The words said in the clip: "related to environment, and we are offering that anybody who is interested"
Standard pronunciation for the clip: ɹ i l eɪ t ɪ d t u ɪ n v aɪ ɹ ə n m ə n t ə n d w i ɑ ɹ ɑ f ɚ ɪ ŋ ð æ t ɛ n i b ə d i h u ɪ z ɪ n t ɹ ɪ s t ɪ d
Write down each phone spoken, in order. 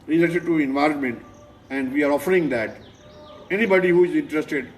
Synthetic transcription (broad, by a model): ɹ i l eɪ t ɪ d t u ɪ n v aɪ ɹ ə n m ə n t ə n d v i ɑ ɹ ɑ f ɚ ɪ ŋ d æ t ɛ n i b ə d i h u ɪ z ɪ n t ɹ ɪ s t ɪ d